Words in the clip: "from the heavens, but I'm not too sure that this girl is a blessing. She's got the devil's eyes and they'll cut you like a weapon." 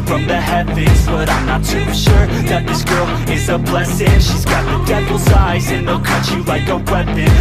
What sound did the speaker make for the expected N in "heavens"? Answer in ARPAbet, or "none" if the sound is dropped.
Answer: none